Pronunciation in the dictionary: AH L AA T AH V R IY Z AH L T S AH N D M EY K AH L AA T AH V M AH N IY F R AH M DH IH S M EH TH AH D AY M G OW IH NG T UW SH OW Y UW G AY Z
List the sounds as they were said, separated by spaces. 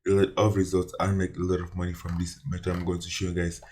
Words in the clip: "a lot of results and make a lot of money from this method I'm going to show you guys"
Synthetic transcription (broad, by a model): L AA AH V R IY Z AH L T S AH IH M EY K AH L AA T AH V M AH N IY F R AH M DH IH S M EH T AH AY M G OW IH NG T UW SH OW Y UW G AY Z